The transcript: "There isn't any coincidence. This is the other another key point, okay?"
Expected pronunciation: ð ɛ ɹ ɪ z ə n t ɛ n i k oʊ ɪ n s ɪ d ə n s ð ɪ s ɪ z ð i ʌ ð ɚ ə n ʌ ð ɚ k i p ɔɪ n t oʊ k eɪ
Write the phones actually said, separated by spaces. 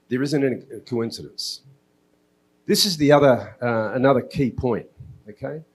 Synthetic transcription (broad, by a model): ð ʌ ɹ ɪ z ə n t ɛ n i k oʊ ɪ n s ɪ d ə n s ð ɪ s ɪ z ð i ʌ ð ɚ ə n ʌ ð ɚ k i p ɔɪ n t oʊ k eɪ